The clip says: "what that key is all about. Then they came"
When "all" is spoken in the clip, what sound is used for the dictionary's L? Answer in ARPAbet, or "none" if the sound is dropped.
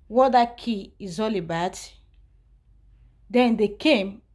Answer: L